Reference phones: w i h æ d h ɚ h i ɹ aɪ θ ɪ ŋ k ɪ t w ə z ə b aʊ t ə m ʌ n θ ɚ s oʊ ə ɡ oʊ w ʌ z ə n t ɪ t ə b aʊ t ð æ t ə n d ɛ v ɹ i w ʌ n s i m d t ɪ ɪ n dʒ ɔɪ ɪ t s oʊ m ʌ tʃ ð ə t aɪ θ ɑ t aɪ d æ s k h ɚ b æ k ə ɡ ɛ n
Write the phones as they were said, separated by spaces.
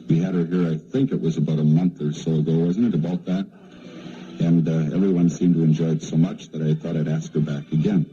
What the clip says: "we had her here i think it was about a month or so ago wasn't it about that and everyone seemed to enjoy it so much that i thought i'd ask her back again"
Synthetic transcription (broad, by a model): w i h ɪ d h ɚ h i ɹ aɪ θ ɪ ŋ k ɪ t w ə z ə b aʊ t ə m ʌ n θ ɚ s oʊ ə ɡ oʊ w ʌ z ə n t ɪ t ə b aʊ t ð æ t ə n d ɛ v ɹ i w ʌ n s i m t ɪ ɪ n dʒ ɔɪ ɪ t s oʊ m ʌ tʃ ð ə t aɪ θ ɑ t aɪ d æ s k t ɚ b æ k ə ɡ ɛ n